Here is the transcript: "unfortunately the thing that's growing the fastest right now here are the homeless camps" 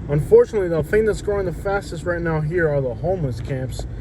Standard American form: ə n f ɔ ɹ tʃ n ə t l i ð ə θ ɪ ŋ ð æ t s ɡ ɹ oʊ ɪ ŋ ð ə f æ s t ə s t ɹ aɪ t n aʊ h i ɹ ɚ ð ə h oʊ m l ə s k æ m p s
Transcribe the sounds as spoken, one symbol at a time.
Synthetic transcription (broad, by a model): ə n f ɔ ɹ tʃ n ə t l i ð ə θ ɪ ŋ ð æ t s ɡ ɹ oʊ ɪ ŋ ð ə f æ s t ə s t ɹ aɪ t n aʊ h i ɹ ɚ ð ə h oʊ m ə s k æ m p s